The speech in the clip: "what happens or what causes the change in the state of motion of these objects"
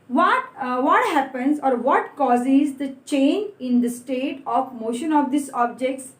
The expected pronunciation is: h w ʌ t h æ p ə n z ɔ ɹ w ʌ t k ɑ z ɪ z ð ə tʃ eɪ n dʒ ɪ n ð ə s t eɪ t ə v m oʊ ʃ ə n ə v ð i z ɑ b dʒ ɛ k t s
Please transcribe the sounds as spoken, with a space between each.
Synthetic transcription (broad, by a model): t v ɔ t h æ p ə n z ɔ ɹ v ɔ t k ɑ z ɪ z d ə tʃ eɪ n ɪ n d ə s t eɪ t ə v m oʊ ʃ ə n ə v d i s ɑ b dʒ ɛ k t s